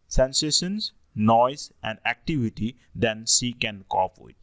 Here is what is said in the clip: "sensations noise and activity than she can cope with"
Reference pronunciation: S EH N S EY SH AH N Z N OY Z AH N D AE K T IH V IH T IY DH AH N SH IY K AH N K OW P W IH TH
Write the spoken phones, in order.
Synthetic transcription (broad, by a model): S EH N S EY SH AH N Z N OY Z AH N D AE K T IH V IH T IY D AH N S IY K AH N K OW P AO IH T